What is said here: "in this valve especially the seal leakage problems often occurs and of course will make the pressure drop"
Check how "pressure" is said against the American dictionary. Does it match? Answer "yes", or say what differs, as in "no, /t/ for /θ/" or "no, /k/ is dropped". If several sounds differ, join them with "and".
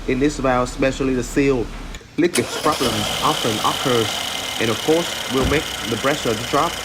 no, /b/ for /p/